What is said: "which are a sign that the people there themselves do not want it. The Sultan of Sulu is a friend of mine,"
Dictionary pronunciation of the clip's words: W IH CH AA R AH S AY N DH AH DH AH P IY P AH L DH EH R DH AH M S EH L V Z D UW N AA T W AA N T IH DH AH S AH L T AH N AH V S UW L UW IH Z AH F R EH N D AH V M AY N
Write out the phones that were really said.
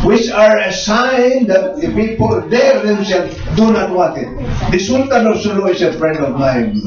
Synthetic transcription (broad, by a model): W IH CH AA R AH S AY N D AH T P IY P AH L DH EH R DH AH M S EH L D UW N AA T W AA T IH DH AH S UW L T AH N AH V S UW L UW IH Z AH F R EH N D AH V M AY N